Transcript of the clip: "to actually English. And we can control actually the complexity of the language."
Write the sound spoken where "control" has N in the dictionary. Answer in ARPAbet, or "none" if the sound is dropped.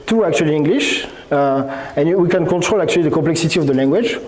none